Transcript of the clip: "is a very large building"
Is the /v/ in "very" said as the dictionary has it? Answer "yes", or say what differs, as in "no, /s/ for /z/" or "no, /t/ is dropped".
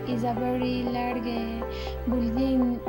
no, /b/ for /v/